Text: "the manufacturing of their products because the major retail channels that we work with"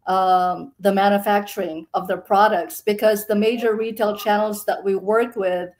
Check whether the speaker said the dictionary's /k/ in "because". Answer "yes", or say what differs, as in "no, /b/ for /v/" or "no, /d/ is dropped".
yes